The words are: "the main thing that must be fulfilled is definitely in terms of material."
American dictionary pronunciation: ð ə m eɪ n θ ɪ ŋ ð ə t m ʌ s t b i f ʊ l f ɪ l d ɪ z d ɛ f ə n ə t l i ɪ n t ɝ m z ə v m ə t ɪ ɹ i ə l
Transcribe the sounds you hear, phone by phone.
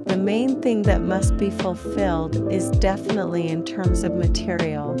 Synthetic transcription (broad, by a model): ð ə m eɪ n θ ɪ ŋ ð ə t m ʌ s t b i f ʊ l f ɪ l d ɪ z d ɛ f ə n ə t l i ɪ n t ɝ m z ə v m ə t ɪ ɹ i l